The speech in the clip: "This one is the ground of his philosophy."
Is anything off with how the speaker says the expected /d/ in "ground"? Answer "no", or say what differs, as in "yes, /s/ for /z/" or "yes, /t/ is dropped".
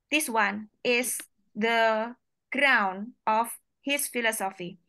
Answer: yes, /d/ is dropped